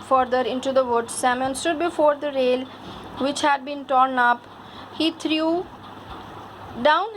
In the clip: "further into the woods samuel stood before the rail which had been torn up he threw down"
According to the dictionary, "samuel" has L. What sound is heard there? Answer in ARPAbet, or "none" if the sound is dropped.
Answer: N